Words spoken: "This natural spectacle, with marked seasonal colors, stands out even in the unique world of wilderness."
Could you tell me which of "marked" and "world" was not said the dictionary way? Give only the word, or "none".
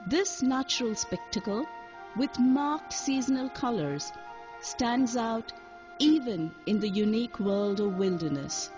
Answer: none